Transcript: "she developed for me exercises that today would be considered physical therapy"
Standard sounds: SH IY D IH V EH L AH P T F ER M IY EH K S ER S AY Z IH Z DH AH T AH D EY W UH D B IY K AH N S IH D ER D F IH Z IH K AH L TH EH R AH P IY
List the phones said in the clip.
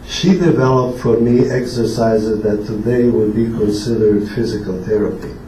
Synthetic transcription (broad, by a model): SH IY D IH V EH L AH P T F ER M IY EH K S ER S AY Z IH Z DH AH T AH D EY W UH D B IY K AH N S IH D ER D F IH Z IH K AH L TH EH R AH P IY